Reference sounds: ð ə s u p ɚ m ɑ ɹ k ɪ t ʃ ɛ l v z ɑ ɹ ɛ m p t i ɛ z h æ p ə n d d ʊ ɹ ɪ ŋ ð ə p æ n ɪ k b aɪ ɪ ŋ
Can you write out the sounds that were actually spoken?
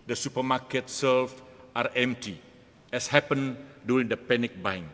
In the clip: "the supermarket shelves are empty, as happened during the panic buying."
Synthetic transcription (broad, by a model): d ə s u p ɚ m ɑ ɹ k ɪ t s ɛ l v ɑ ɹ ɛ m p t i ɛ s h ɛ p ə n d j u ɹ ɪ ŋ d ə p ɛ n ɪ k b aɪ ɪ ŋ